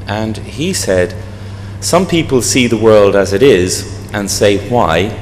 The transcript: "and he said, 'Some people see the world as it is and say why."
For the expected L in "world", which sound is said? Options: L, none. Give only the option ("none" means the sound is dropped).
L